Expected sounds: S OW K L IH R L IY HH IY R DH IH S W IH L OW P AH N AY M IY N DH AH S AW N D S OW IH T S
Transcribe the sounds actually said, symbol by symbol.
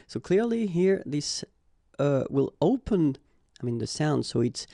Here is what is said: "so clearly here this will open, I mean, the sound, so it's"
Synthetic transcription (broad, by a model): S OW K L IH R L IY HH IY R DH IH S W IH L OW P AH N AY M IY N DH AH S AW N D S OW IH T S